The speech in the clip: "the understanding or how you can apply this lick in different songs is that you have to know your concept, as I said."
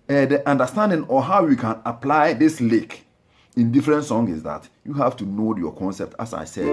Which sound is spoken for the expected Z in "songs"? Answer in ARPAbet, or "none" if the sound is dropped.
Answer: none